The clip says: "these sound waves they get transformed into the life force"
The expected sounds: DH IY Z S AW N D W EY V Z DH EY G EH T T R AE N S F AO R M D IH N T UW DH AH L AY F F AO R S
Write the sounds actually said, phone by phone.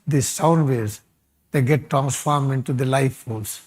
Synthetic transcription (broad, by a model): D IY S AW N D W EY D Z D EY G EH T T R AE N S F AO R M IH N T UW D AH L AY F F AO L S